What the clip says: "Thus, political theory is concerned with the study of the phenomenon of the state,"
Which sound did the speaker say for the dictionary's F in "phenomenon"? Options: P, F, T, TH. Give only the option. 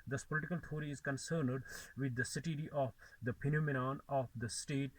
P